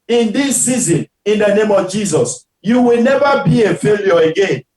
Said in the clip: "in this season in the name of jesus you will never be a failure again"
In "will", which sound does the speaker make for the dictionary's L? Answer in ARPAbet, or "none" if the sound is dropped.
L